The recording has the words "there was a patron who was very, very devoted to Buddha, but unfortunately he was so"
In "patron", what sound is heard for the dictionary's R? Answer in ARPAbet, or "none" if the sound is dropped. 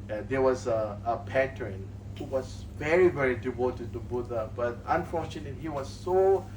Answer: none